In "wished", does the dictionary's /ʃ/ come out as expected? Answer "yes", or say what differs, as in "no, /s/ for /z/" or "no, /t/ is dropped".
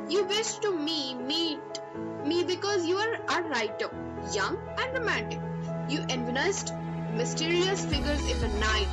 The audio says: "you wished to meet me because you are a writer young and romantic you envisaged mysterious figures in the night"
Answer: no, /s/ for /ʃ/